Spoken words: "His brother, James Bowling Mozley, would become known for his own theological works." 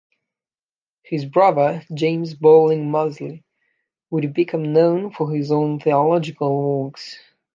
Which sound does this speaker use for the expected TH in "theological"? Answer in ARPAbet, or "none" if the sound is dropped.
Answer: TH